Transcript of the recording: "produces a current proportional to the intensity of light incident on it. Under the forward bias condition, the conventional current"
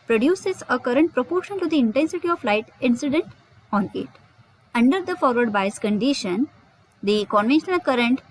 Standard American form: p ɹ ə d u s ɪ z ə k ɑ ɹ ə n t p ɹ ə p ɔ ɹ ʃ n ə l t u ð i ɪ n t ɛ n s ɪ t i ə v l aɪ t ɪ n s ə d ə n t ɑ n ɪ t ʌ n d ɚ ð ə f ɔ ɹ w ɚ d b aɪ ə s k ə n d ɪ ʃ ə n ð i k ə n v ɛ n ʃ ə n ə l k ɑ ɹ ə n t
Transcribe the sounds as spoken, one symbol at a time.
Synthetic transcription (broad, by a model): p ɹ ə d u s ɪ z ə k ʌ ɹ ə n t p ɹ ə p ɔ ɹ ʃ ə n t u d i ɪ n t ɛ n s ɪ t i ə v l aɪ t ɪ n s ə d ə n t ɑ n ɪ t ʌ n d ɚ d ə f ɔ ɹ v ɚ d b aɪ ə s k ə n d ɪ ʃ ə n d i k ə n v ɛ n ʃ ə n ə l k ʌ ɹ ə n t